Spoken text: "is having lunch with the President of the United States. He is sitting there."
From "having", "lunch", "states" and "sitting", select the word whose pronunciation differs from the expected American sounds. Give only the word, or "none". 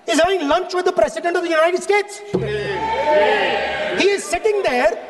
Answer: having